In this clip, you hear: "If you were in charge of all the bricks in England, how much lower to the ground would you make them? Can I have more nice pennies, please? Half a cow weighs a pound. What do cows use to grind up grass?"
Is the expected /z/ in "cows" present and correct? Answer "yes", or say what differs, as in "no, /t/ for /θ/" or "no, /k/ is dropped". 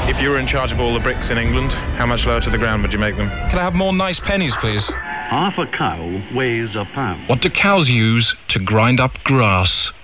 yes